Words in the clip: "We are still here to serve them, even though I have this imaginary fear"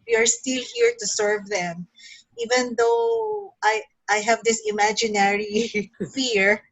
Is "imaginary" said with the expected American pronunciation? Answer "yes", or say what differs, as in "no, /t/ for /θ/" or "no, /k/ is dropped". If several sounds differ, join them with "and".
yes